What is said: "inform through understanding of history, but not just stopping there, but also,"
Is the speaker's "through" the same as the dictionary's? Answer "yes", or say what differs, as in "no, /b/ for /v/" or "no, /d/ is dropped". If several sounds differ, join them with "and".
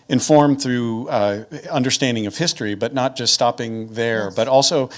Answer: yes